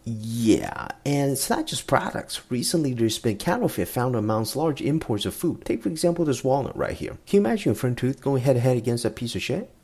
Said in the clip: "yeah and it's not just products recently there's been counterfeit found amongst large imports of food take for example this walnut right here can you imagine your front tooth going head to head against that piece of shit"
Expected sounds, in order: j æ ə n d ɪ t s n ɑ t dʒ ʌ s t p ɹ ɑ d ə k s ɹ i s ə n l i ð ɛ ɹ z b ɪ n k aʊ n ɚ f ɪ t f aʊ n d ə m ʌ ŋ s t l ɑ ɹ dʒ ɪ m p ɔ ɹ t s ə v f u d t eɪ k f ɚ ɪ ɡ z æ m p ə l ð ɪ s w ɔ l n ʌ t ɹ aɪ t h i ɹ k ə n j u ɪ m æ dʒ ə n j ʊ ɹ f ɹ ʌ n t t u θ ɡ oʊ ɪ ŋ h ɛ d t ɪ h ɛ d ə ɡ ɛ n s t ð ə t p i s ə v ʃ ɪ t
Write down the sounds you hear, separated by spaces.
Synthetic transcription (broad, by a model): j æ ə n ɪ t s n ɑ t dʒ ʌ s p ɹ ɑ d ə k s ɹ i s ə n l i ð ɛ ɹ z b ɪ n k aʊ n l f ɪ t f aʊ n d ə m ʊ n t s l ɑ ɹ dʒ ɪ m p ɔ ɹ t s ə v f u d t eɪ k f ɚ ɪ ɡ z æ m p l ð ɪ s w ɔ l ʌ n ɹ aɪ t h i ɹ k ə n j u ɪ m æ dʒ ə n f ɹ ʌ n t t u θ ɡ oʊ ɪ ŋ h ɛ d t ɪ h ɛ d ə ɡ ɛ n s t ð ə t p i s ə v ʃ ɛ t